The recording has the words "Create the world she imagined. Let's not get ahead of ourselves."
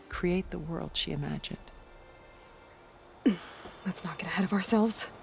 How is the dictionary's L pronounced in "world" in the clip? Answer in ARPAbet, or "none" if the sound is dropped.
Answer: L